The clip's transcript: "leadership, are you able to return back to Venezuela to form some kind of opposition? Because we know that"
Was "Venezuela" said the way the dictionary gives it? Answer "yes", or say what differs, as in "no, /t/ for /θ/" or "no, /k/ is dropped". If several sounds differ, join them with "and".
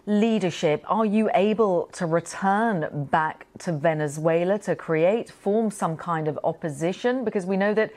yes